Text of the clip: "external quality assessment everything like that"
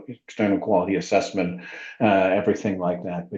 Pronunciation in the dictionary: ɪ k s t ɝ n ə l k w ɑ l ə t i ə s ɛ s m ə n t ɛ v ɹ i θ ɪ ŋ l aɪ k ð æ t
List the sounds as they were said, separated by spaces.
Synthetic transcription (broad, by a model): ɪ k s t ɝ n l k w ɑ l ə t i ə s ɛ s m ə n t ɛ v ɹ i θ ɪ ŋ l aɪ k ð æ t